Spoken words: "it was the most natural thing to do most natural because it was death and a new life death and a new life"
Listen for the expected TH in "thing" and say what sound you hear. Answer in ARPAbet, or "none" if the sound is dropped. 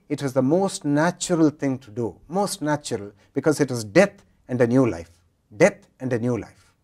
T